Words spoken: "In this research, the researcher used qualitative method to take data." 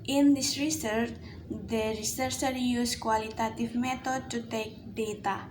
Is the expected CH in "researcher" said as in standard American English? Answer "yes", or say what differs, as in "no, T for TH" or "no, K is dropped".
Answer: no, S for CH